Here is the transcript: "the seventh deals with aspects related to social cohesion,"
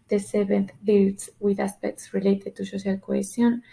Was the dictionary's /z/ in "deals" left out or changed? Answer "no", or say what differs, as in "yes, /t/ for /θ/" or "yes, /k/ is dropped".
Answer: yes, /s/ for /z/